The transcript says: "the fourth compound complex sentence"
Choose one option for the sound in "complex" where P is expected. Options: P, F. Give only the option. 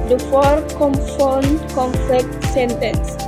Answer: F